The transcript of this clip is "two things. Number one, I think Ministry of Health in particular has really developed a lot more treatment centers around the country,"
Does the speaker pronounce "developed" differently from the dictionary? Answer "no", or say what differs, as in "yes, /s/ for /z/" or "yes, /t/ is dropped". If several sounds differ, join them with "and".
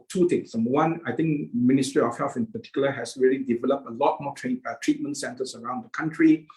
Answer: no